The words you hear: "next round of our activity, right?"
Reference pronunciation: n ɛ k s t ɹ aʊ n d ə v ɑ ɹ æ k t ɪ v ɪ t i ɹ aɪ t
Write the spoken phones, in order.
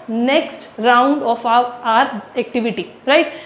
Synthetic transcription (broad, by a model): n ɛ k s t ɹ aʊ n d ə f ɑ ɹ æ k t ɪ v ɪ t i ɹ aɪ t